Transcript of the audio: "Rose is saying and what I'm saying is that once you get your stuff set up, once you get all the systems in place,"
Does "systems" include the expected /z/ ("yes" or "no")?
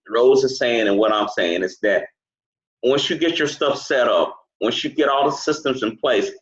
yes